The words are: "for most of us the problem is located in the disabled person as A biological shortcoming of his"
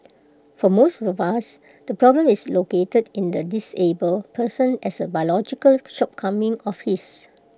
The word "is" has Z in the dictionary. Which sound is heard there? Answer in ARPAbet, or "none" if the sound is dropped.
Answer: S